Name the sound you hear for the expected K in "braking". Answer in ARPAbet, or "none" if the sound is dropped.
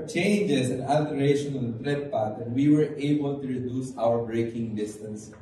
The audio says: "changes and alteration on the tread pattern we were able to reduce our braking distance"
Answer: K